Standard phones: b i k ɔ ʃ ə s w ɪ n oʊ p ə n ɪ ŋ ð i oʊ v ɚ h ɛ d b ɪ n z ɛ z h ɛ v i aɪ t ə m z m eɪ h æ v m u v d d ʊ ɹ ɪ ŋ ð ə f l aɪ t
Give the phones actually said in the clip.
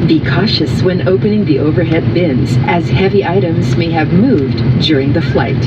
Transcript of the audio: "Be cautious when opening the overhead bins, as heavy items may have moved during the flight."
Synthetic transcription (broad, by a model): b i k ɔ ʃ ə s w ɪ n oʊ p ə n ɪ ŋ ð i oʊ v ɚ h ɛ d b ɪ n z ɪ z h ɛ v i aɪ t ə m z m eɪ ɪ v m u v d d ʊ ɹ ɪ ŋ ð ə f l aɪ t